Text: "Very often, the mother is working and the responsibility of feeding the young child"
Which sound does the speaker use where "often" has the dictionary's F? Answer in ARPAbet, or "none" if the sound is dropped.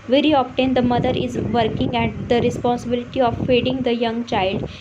P